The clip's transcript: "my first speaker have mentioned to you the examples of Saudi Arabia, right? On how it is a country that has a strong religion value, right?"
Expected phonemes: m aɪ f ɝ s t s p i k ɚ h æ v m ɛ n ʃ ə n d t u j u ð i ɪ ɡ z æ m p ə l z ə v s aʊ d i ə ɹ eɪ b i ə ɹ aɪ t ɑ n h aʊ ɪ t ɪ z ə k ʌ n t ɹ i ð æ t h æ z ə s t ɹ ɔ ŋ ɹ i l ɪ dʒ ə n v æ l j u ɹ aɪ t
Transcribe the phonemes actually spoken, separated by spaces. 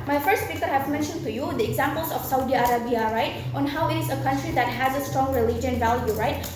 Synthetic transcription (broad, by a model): m aɪ f ɝ s t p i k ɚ h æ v m ɛ n ʃ ə n d t u j u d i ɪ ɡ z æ m p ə l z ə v s aʊ d i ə ɹ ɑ b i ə ɹ aɪ t ɑ n h aʊ ɪ t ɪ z ə k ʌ n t ɹ i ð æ t h æ z ə s t ɹ ɔ ŋ ɹ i l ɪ dʒ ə n v æ l j u ɹ aɪ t